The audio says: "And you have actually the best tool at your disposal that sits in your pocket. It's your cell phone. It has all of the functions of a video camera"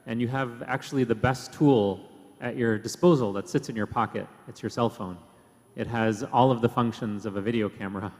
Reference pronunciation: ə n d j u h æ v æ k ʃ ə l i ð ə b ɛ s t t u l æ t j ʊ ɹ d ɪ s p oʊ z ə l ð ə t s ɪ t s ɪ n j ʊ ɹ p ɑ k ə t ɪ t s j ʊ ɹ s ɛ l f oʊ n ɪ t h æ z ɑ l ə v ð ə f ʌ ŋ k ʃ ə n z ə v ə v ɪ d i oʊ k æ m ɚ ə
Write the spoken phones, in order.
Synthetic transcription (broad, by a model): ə n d j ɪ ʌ v æ k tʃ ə l i ð ə b ɛ s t t u l t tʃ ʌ ɹ d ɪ s p oʊ z l ð ə t s ɪ t s ɪ n j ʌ ɹ p ɑ k ə t ɪ t s j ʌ ɹ s ɛ l f oʊ n ɪ t h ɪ z ɑ l ə v ð ə f ʌ ŋ k ʃ ə n z ə v ə v ɪ d i oʊ k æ m ɚ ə